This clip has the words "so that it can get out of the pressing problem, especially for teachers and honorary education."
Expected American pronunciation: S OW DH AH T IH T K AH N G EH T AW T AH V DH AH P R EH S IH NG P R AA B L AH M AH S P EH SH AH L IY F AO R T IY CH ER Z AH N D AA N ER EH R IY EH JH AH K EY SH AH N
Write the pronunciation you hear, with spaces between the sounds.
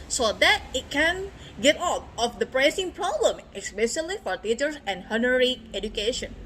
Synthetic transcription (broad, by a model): S OW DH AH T IH T K AH N G EH T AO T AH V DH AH P R EH S IH NG P R AA B L AH M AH S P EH S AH L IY F AO R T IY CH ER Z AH N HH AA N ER R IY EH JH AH K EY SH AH N